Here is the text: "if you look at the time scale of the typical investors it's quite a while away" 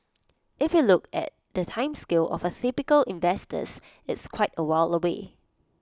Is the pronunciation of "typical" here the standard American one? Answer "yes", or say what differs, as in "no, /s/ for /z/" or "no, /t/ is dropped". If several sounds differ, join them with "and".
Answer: no, /s/ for /t/